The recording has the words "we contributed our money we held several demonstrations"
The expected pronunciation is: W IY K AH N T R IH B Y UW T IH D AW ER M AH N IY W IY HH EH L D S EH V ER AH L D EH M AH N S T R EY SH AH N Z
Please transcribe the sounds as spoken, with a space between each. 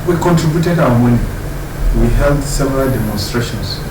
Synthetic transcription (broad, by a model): W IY K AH N T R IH B Y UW T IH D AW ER M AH N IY W IY HH EH L D S EH V ER AH L D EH M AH N S T R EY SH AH N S